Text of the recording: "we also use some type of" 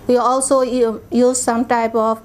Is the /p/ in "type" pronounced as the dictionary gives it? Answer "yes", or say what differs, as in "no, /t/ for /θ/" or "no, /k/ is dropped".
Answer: yes